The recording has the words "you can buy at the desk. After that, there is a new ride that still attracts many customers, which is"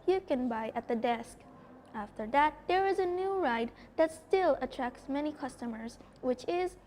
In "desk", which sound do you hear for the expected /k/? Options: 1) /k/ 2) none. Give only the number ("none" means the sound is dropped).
1